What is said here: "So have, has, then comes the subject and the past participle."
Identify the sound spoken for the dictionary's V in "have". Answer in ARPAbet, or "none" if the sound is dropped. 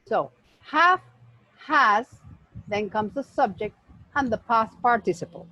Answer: F